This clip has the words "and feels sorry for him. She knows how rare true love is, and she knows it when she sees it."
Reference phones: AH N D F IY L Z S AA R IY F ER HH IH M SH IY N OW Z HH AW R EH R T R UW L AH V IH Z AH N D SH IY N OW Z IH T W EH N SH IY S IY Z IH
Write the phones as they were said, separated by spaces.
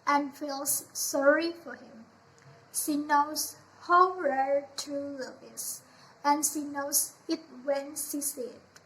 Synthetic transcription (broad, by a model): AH N F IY L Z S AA R IY F ER HH IH M SH IY N OW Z HH AW R EH R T UW L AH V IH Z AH N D SH IY N OW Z IH T W EH N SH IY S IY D